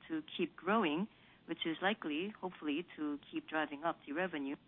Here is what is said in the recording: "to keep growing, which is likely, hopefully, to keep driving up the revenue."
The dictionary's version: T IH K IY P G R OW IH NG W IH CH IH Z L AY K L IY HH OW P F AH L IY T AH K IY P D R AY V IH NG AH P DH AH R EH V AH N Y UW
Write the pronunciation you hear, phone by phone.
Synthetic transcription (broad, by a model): T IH K IY P G R OW IH NG W IH CH IH Z L AY K L IY HH OW P F AH L IY T AH K IY P D R AY V IH NG AH P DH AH R EH V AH N Y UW